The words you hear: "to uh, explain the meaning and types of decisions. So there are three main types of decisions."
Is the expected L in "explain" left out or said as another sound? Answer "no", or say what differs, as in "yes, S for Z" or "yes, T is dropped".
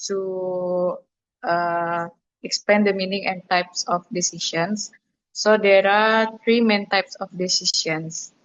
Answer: yes, L is dropped